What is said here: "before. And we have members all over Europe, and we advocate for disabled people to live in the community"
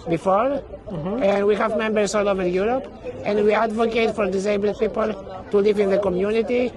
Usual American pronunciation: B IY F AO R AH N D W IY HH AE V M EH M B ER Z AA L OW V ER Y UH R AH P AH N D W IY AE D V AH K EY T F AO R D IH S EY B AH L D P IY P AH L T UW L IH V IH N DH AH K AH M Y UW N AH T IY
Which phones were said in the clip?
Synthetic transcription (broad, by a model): B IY F AO R AH N D W IY HH AE V M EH M B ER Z AA L OW V ER Y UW R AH P AH N D W IY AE D V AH K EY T F AO R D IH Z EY B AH L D P IY P AH L T UW L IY V IH N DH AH K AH M Y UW N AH T IY